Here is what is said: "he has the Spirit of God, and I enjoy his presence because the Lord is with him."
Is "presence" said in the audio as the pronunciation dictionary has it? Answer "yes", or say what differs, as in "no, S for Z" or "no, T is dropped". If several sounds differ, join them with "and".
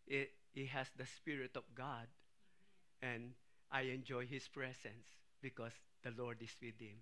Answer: no, S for Z